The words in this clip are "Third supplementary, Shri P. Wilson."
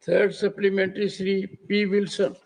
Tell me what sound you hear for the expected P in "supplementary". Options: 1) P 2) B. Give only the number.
1